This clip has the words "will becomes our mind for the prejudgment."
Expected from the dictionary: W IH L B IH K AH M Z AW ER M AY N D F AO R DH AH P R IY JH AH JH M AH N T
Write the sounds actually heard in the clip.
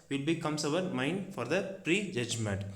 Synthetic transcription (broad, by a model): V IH L B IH K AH M S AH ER M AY N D F AO R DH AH P R IY JH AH JH M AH N T